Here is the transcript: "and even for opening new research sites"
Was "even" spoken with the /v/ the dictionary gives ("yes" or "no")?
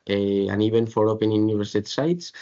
no